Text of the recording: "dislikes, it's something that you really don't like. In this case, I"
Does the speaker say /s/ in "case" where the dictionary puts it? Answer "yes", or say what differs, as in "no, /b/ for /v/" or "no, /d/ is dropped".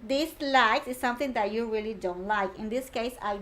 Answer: yes